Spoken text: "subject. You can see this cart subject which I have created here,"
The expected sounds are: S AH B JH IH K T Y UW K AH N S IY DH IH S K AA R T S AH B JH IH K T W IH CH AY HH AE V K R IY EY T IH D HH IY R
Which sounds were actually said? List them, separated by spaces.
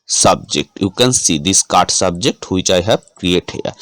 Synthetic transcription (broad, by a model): S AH B JH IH K T Y UW K AH N S IY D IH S K AA R T S AH B JH IH K T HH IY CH AY HH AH P K R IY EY T HH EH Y